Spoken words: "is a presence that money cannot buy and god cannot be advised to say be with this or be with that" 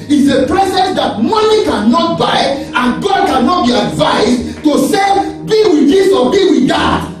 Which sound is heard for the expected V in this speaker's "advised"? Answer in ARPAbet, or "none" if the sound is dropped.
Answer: V